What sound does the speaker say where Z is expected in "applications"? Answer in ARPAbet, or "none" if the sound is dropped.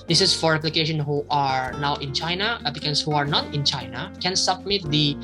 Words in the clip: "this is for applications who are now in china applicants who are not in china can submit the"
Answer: none